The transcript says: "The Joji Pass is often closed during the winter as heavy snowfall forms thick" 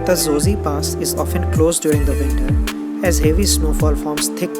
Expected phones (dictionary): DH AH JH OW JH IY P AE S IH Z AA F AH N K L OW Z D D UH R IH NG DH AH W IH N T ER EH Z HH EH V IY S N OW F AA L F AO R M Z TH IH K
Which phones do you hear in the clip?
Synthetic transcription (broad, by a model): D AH Z OW Z IY P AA S IH Z AA F AH N K L OW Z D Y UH R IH NG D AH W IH N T ER EH Z HH EH V IY S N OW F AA L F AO R M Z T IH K